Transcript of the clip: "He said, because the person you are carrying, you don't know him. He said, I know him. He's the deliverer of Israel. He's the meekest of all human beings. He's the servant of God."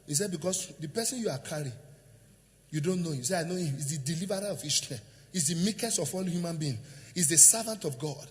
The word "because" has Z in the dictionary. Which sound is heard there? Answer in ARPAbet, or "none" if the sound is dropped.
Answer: S